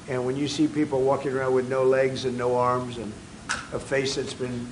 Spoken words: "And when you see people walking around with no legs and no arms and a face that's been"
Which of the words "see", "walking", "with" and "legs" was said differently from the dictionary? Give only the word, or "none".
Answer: none